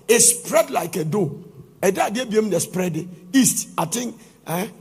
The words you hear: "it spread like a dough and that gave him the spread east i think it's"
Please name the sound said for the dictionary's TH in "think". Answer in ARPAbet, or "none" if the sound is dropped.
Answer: T